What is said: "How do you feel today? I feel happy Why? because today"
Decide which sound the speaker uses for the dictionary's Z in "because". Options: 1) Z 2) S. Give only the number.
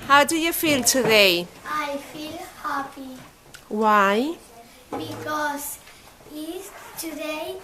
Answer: 2